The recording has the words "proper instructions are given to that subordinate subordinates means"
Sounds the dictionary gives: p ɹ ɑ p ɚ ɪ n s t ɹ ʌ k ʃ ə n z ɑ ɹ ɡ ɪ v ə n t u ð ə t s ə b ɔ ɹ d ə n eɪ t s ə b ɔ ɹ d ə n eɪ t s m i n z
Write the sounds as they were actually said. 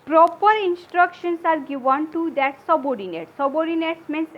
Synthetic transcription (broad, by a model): p ɹ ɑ p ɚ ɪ n s t ɹ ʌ k ʃ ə n s ɑ ɹ ɡ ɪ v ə n t u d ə t s ə b ɔ ɹ d ə n eɪ t s ə b ɔ ɹ d ə n eɪ t s m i n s